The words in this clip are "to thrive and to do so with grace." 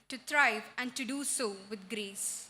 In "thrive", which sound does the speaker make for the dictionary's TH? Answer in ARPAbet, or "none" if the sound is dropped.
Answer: T